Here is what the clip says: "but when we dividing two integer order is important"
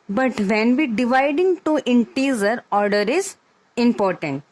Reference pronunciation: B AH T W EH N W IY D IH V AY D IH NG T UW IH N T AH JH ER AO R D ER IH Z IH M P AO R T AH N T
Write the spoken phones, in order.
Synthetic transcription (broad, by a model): B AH T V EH N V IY D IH V AY D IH NG T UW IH N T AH Z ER AO R D ER IH Z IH M P AO R T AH N T